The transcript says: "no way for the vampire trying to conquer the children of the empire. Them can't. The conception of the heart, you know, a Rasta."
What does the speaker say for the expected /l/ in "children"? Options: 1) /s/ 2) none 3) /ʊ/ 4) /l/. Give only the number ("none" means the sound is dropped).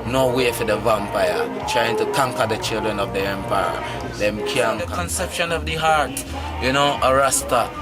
4